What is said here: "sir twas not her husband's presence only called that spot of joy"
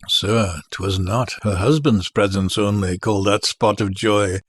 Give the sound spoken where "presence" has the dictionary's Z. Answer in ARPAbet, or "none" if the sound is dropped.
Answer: Z